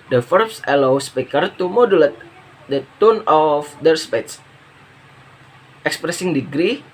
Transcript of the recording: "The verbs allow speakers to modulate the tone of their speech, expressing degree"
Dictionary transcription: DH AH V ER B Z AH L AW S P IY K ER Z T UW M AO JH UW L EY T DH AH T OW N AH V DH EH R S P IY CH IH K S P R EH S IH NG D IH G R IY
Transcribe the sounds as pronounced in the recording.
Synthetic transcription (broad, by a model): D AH F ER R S AH L AW S P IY K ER T UW M AO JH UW L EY T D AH T OW N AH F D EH R S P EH S IH K S P R EH S IH NG D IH G R IY